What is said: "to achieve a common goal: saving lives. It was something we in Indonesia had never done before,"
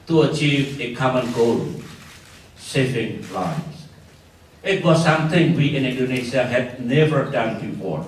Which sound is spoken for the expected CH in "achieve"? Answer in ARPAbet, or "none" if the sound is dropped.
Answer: CH